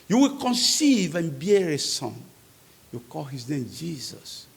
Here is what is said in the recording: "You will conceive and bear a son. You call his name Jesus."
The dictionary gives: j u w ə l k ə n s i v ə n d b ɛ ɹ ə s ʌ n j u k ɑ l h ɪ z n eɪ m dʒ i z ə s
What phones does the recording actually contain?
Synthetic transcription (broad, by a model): j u w ə l k ə n s i v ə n b ɛ ɹ ə s ʌ n j u k ɑ l h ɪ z n eɪ m dʒ i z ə s